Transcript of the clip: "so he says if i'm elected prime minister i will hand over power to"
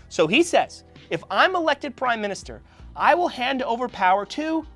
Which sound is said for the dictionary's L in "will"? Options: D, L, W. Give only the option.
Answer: L